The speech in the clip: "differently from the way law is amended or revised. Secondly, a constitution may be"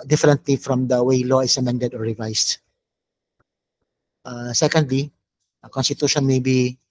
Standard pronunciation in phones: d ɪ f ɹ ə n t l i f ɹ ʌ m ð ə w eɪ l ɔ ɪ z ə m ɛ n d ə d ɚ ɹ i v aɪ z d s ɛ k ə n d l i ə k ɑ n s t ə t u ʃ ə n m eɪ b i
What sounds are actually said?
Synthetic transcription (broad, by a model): d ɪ f ɹ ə n t l i f ɹ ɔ m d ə w eɪ l ɔ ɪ s ə m ɛ n d ə d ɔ ɹ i v aɪ s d s ɛ k ə n d l i ə k ɑ n s t ə t u ʃ ə n m eɪ b i